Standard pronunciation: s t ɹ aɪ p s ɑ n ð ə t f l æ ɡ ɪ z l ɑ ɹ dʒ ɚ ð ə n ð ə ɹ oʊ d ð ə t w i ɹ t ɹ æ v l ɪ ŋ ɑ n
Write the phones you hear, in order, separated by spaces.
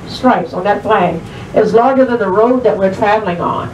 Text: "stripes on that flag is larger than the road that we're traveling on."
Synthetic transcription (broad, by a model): s t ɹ aɪ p s n ð ə t p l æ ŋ ɪ z l ɑ ɹ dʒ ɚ ð ə n ð ə ɹ oʊ d ð ə t w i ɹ t ɹ æ v l ɪ ŋ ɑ n